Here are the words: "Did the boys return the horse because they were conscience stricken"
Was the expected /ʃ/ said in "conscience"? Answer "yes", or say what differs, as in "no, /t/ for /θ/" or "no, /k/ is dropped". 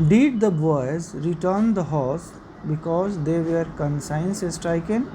no, /s/ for /ʃ/